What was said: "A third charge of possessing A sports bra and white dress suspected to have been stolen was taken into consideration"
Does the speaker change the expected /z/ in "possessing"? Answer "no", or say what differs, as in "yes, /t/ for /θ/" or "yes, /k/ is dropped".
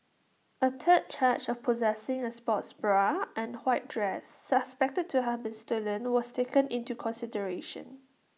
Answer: no